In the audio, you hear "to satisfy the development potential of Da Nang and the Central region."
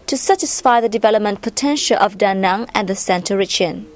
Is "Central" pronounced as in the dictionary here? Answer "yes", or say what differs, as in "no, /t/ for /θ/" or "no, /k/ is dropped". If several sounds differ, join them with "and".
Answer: no, /ɹ/ is dropped